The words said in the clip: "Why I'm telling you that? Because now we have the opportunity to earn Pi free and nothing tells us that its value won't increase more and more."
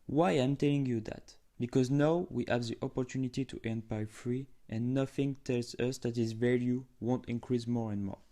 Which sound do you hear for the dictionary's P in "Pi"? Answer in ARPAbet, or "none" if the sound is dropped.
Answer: B